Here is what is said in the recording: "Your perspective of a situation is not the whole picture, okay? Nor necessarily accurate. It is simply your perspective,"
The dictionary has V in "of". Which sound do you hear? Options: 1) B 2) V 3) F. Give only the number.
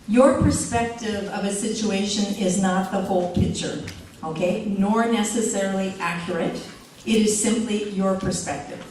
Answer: 2